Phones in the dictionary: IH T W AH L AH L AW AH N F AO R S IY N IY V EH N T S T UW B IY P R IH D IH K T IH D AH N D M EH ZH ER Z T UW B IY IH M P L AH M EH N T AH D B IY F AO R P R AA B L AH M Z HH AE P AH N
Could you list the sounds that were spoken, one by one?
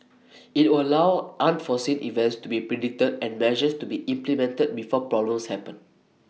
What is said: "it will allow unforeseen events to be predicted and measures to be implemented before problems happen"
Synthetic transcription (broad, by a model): IH T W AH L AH L AW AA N F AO S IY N IY V EH N T S T UW B IY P R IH D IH T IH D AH N M EH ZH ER S T UW B IY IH M P L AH M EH N T AH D B IY F AO P R AA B L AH M S HH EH P AH N